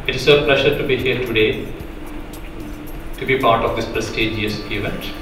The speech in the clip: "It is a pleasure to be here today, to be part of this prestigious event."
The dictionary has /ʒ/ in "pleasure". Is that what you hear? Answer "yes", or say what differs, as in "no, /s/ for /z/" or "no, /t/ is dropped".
no, /ʃ/ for /ʒ/